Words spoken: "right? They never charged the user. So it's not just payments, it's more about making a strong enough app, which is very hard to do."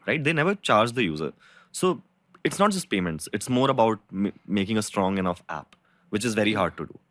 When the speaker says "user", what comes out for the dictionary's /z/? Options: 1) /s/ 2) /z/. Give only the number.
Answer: 2